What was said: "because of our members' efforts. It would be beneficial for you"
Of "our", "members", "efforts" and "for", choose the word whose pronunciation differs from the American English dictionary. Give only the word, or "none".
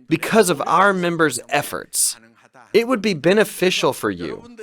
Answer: none